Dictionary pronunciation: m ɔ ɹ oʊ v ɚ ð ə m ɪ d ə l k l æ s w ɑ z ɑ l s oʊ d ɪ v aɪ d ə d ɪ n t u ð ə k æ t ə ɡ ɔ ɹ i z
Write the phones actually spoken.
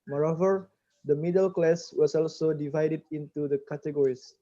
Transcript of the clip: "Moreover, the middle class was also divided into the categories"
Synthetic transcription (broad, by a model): m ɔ ɹ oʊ v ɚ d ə m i d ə l k l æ s w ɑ s ɑ l s oʊ d ɪ v aɪ d ə d ɪ n t u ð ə k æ t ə ɡ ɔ ɹ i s